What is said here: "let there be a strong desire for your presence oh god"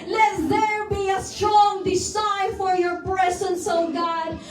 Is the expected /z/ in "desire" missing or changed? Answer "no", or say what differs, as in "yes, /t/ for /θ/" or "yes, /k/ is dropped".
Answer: yes, /s/ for /z/